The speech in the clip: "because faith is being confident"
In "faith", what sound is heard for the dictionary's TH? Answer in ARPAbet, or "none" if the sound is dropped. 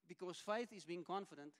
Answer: TH